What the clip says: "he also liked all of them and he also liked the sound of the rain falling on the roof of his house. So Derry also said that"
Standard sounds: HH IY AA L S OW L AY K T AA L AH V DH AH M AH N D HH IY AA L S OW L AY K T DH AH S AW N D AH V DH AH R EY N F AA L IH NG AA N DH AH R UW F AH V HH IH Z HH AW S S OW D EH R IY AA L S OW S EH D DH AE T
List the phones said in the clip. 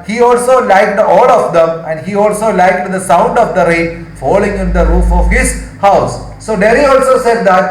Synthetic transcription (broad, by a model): HH IY AA L S OW L AY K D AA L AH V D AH M AH N D HH IY AA L S OW L AY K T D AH S AW N D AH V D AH R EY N F AA L IH NG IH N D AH R UW F AH V HH IH Z HH AW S S OW D EH R IY AA L S OW S EH D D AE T